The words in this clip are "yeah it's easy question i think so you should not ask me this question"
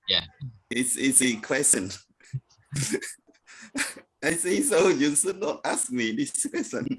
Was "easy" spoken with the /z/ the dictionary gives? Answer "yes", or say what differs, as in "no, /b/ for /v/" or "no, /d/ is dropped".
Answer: no, /s/ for /z/